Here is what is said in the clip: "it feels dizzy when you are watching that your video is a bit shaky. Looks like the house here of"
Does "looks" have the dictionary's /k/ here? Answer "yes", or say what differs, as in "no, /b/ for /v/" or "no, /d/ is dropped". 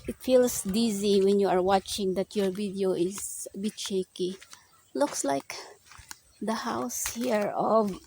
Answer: yes